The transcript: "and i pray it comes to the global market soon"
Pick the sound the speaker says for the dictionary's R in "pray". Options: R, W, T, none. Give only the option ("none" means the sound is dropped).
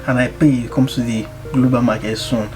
none